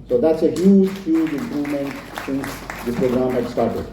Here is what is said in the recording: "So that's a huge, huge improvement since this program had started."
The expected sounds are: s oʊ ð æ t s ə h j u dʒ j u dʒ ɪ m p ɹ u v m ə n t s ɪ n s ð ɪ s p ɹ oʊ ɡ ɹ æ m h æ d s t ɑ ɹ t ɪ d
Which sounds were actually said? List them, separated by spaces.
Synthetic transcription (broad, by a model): s oʊ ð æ t s ə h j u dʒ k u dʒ ɪ m p ɹ u v m ə n t s ɪ n s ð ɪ p ɹ oʊ ɡ ɹ æ m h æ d s t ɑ ɹ t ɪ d